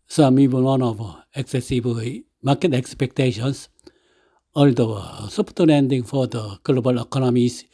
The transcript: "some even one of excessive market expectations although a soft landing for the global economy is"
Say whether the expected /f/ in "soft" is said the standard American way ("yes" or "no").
no